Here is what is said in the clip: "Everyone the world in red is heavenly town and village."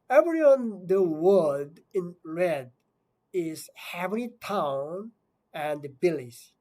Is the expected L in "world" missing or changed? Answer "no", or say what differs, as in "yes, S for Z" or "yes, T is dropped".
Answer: yes, L is dropped